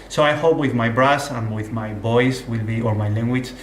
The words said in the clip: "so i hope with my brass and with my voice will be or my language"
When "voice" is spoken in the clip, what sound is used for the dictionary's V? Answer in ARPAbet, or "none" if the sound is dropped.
B